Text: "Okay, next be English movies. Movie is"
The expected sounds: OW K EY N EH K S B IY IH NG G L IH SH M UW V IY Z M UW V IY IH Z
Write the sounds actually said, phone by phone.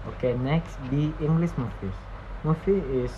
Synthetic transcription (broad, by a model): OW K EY N EH K S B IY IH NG G L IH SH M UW F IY S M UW F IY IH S